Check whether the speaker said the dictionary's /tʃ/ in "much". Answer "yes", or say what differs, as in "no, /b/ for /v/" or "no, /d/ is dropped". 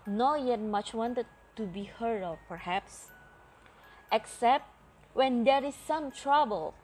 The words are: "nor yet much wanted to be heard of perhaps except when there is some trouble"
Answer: yes